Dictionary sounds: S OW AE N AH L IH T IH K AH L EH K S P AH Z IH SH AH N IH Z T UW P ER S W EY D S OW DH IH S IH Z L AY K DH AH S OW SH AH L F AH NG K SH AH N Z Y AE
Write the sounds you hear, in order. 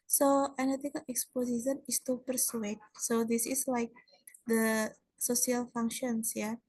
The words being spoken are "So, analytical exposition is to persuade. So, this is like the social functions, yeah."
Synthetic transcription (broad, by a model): S OW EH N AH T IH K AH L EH K S P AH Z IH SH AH N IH S T UW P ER S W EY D S OW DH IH S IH S L AY K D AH S OW S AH L F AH NG K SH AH N S Y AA